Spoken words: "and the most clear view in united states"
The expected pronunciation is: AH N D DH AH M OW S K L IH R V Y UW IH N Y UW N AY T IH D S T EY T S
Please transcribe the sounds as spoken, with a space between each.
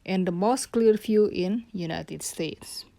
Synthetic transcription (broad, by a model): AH N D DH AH M OW S K L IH R F Y UW IH N Y UW N AY T IH D S T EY T S